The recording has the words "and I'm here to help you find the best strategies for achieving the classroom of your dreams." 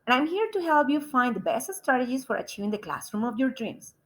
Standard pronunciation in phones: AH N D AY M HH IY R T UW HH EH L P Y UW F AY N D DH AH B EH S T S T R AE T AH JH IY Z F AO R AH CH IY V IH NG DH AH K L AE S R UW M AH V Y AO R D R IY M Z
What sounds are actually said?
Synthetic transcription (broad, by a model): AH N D AY M HH IY R T UW HH EH L P Y UW F AY N D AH B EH S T S T R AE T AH JH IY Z F AO R AH CH IY V IH NG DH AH K L AE S R UW M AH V Y AO R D R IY M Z